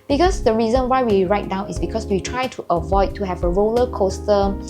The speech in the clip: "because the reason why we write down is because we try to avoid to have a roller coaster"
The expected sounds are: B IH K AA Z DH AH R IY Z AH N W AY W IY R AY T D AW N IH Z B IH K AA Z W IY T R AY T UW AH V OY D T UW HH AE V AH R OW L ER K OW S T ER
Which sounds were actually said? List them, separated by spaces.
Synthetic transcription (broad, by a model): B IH K AA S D AH R IY Z AH N W AY W IY R AY T D AW N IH S B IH K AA S W IY T R AY T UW AH V OY D T UW HH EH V AH R OW L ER K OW S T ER